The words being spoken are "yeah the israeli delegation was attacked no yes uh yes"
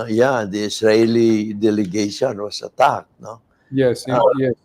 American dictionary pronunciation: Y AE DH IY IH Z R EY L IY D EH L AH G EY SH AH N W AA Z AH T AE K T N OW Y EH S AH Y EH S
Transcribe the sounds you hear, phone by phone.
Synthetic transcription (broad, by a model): Y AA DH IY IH S R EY L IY D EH L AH G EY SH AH N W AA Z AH T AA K N OW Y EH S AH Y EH